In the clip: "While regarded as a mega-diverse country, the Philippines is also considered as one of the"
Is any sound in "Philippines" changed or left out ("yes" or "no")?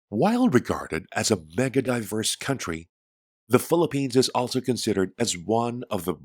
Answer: no